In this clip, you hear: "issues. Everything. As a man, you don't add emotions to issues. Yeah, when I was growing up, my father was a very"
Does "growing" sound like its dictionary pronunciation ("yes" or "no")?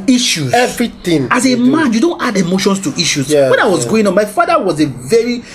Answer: no